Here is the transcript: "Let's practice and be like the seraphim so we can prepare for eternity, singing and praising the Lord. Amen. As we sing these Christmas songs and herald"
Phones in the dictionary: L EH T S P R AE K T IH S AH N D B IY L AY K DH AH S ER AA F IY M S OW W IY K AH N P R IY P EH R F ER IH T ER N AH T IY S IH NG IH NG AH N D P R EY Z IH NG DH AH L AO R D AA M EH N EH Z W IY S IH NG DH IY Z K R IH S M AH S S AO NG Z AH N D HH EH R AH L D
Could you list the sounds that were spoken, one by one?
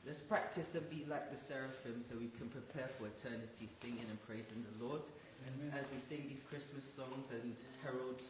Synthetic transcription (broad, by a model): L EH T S P R AE K T IH S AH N B IY L AY K DH AH S ER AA F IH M S OW W IY K AH N P R IY P EH R F ER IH T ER N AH T IY S IH NG IH NG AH N P R EY Z IH NG DH AH L AO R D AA Z W IY S IH NG DH IY Z K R IH S M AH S S AO NG Z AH N HH EH R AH L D